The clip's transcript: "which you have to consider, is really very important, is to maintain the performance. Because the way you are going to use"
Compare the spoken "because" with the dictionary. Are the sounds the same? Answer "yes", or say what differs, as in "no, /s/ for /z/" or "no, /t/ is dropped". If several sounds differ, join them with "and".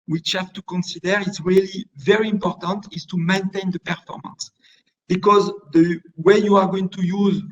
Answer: yes